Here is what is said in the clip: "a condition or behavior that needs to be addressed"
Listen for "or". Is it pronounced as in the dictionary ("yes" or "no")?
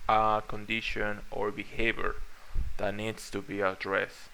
yes